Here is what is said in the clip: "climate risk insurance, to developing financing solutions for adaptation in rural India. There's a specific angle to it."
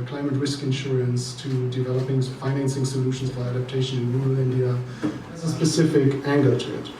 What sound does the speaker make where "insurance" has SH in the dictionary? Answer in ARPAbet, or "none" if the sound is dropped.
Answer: SH